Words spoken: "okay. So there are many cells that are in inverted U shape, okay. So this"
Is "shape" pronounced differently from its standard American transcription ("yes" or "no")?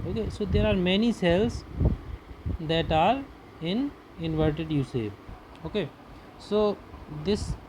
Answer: yes